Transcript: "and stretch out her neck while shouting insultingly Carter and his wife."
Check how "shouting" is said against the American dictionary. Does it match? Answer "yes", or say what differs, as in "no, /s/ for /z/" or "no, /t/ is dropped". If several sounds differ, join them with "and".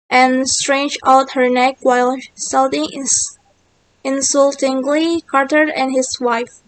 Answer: no, /s/ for /ʃ/